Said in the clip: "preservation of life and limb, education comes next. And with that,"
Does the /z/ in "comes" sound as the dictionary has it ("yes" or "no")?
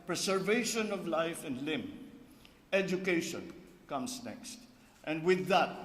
no